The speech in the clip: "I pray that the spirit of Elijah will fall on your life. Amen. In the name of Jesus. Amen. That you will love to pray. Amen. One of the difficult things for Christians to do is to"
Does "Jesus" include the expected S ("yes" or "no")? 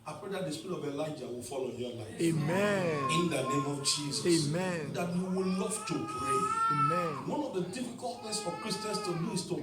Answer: no